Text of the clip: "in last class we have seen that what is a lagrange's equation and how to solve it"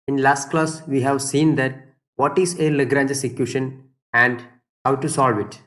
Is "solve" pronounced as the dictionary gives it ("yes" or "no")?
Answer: yes